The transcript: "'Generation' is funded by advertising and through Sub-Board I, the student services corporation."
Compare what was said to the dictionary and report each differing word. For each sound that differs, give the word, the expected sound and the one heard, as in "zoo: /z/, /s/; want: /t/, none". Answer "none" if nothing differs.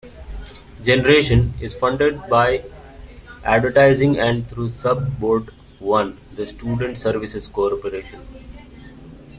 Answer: through: /θ/, /t/